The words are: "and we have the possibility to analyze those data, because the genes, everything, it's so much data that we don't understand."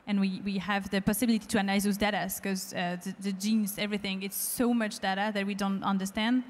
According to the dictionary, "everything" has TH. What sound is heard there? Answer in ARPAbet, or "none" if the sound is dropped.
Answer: TH